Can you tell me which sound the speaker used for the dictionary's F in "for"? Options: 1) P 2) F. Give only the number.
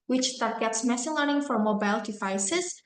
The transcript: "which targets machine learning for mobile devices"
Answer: 2